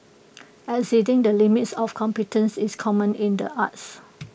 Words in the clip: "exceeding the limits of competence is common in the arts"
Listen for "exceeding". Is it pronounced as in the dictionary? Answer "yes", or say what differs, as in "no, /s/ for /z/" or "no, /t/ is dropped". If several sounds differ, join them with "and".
no, /k/ is dropped